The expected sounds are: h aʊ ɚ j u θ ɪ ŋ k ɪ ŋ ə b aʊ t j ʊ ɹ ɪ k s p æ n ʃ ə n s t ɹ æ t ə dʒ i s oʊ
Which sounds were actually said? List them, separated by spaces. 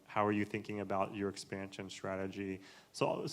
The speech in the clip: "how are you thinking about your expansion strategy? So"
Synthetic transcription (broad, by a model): h aʊ ɚ j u θ ɪ ŋ k ɪ ŋ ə b aʊ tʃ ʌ ɹ ɪ k s p æ n ʃ ə n s t ɹ æ t ə dʒ i s oʊ